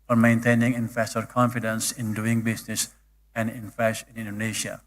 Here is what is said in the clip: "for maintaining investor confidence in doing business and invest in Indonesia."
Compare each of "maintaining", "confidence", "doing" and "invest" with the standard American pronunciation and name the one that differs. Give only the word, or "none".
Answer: invest